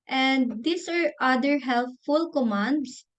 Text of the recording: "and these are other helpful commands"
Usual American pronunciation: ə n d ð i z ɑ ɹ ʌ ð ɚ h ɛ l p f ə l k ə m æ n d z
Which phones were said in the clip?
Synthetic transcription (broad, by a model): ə n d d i s ɑ ɹ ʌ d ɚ h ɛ l f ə l k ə m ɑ n d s